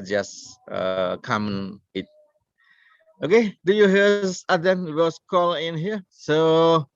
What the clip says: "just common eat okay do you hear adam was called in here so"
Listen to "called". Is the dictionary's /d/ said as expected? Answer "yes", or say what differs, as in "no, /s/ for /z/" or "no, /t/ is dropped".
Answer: no, /d/ is dropped